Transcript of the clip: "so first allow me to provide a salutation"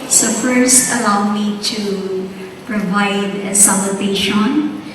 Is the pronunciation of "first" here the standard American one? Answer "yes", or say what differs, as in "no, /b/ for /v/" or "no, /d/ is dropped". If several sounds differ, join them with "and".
no, /t/ is dropped